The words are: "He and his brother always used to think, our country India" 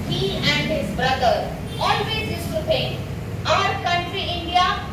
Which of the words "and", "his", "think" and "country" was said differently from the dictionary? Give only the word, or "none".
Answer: think